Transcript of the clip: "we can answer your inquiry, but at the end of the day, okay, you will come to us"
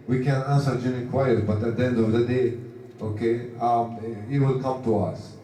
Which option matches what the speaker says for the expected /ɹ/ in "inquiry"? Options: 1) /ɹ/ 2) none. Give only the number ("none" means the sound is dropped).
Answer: 2